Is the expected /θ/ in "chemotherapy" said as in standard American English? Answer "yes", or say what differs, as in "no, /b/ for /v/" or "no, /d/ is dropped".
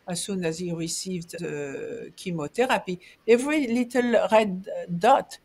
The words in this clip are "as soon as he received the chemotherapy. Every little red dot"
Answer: no, /t/ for /θ/